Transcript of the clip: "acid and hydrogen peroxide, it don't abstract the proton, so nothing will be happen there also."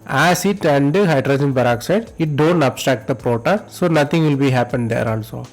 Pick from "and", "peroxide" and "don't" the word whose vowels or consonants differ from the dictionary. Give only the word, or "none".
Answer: peroxide